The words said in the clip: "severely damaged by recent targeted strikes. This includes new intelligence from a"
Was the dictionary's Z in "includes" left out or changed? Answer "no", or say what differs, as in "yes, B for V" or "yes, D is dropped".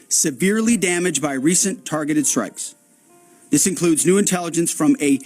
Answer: no